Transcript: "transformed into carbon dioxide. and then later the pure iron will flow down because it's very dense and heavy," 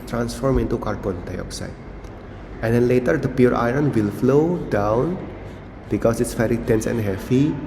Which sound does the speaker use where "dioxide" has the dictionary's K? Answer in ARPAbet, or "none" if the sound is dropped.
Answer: K